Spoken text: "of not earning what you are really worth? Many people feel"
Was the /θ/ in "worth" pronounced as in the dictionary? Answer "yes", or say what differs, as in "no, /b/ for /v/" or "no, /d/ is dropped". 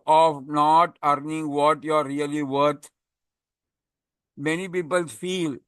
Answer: no, /t/ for /θ/